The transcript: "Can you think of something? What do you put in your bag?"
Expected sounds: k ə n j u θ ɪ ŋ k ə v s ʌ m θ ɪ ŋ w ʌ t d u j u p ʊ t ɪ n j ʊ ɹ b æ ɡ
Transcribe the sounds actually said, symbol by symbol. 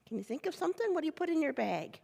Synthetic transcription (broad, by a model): k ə n j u θ ɪ ŋ k ə v s ʌ m θ ɪ ŋ w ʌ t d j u p ʊ t ɪ n j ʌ ɹ b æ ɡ